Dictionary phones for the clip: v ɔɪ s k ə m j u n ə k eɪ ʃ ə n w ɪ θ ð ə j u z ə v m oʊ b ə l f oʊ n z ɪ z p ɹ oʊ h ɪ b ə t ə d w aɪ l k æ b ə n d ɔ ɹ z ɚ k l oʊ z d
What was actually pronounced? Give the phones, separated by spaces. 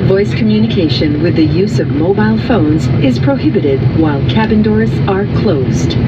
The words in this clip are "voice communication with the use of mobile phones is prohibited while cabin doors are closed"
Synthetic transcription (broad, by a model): v ɔɪ s k ə m j u n ə k eɪ ʃ ə n w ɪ ð ə j u z ə v m oʊ b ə l f oʊ n z ɪ z p ɹ oʊ h ɪ b ə t ə d w aɪ l k æ b ə n d ɔ ɹ z ɚ k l oʊ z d